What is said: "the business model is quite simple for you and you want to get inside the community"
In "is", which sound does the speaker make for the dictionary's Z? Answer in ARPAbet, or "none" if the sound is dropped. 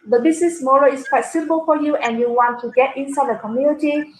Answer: S